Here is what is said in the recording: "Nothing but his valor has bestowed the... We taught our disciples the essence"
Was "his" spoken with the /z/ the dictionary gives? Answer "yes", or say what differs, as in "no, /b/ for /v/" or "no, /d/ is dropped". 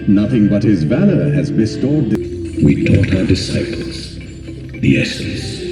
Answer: yes